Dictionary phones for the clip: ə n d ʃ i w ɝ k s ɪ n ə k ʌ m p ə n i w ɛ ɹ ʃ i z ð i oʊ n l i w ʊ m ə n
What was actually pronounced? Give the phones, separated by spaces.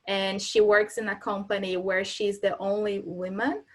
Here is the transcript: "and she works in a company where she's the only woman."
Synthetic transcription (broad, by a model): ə n ʃ i w ɝ k s ɪ n ə k ʌ m p ə n i w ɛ ɹ ʃ i z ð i oʊ n l i w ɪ m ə n